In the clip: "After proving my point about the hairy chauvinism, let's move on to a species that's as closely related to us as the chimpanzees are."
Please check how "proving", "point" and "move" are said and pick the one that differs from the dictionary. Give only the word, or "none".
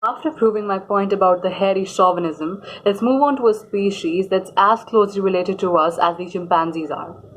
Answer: none